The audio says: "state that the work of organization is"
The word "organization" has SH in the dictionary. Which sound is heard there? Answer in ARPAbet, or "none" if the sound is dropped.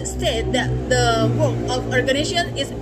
none